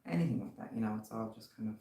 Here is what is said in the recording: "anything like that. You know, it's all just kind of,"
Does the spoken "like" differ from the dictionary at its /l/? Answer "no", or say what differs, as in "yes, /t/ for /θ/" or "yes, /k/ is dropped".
yes, /w/ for /l/